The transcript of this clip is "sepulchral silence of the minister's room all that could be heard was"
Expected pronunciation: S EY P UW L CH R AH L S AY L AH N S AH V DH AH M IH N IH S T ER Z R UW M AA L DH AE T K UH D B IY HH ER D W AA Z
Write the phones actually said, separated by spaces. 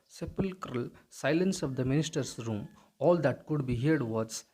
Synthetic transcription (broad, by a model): S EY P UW L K R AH L S AY L AH N S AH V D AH M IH N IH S T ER S R UW M AA L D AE T K UH D B IY HH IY D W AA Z